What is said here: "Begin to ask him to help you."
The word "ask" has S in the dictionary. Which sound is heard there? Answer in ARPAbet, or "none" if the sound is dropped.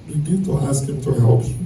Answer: S